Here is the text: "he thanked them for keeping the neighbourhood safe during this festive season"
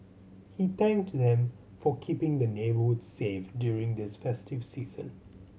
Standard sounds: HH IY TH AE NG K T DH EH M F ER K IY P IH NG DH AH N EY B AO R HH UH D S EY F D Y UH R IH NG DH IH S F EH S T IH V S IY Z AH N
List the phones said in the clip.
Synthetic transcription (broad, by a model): HH IY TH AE NG K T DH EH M F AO K IY P IH NG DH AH N EY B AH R HH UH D S EY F D Y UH R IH NG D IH S F EH S T IH V S IY Z AH N